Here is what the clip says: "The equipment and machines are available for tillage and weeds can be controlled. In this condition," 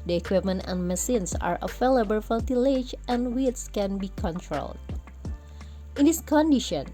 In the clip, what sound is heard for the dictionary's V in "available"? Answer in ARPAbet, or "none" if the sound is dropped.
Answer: F